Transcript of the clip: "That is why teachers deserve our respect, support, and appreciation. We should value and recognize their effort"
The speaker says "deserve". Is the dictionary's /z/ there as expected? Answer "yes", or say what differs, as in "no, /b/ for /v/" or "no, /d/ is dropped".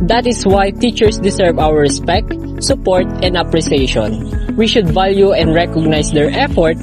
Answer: no, /s/ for /z/